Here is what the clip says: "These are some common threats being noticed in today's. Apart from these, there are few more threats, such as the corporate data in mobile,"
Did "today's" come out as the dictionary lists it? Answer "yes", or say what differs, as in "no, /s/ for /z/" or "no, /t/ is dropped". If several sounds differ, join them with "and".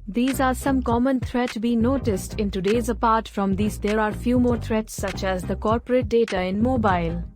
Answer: yes